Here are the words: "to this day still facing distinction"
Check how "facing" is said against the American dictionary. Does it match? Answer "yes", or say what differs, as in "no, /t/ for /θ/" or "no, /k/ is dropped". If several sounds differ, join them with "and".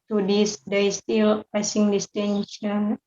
no, /p/ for /f/